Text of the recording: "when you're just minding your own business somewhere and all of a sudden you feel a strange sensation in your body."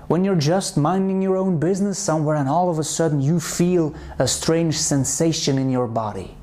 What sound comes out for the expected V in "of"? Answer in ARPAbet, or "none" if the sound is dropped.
V